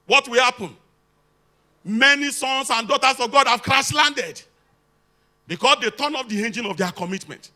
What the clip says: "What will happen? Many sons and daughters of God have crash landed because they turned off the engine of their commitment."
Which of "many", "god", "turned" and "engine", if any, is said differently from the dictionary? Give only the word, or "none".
turned